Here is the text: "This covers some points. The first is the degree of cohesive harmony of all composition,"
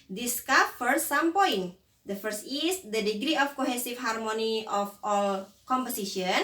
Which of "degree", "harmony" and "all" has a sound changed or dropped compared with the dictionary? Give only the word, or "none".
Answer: none